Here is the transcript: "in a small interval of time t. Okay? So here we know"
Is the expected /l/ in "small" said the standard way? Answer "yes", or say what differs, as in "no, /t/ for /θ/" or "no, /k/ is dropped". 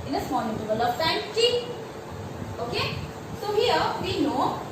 no, /n/ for /l/